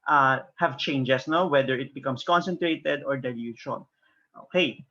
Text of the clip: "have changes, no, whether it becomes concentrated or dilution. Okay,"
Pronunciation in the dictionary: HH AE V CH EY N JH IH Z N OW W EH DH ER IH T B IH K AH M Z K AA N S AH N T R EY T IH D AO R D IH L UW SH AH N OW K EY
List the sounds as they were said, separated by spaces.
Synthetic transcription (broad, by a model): HH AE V CH EY N JH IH S N OW W EH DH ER IH T B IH K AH M S K AA N S AH N T R EY T IH D AO R D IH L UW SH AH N OW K EY